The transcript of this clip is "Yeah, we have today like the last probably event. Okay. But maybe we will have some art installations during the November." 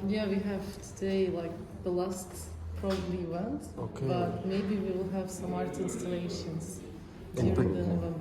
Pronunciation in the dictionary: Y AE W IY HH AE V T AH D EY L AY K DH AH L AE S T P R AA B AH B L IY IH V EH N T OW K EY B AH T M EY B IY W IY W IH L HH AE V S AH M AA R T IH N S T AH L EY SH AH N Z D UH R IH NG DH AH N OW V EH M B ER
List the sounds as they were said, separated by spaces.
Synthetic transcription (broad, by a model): Y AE W IY HH AE V T AH D EY L AY K DH AH L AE S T P R AA B AH B L IY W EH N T OW K EY B AH T M EY B IY W IY W IH L HH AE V S AH M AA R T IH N S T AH N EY SH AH N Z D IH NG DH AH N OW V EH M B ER